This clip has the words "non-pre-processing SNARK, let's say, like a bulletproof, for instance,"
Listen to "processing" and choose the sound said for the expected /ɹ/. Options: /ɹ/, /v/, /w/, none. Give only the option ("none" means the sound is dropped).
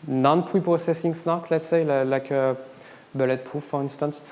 none